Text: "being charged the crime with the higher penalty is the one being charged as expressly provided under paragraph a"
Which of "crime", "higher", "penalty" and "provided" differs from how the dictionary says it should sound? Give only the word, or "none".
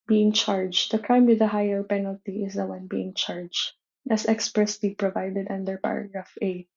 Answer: none